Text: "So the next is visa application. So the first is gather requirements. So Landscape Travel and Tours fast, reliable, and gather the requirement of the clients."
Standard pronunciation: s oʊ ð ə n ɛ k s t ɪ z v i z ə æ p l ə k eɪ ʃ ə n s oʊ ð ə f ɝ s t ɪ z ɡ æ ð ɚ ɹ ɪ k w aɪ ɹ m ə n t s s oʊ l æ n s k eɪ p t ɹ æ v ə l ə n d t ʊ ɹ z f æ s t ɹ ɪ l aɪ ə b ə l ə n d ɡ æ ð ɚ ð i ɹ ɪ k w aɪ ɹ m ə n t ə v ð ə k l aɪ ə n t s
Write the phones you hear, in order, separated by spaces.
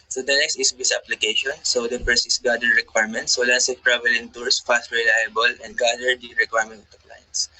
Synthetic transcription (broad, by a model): s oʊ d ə n ɛ k s t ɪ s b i s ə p l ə k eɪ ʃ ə n s oʊ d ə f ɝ s ɪ s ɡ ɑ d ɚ ɹ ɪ k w aɪ ɹ m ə n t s s oʊ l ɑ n s eɪ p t ɹ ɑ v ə l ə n t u ɹ s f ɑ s t ɹ ɪ l aɪ ə b ə l ə n d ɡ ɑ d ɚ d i ɹ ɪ k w aɪ ɹ m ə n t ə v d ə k l aɪ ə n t s